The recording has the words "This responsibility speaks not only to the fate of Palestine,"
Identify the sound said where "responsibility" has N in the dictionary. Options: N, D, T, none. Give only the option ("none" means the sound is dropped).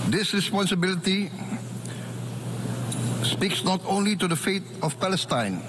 N